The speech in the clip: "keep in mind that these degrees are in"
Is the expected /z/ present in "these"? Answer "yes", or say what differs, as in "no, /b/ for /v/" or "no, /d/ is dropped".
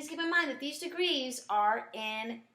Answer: yes